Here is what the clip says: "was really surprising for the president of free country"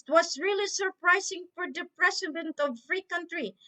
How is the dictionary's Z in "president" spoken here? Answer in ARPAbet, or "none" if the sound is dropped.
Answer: S